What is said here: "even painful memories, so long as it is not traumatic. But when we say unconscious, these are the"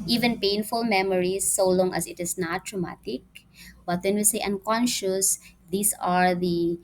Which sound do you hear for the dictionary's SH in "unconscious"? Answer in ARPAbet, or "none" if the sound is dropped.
SH